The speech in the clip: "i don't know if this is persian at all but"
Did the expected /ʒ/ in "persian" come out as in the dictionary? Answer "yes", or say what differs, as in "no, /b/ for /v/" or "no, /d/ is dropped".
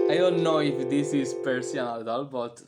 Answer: no, /s/ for /ʒ/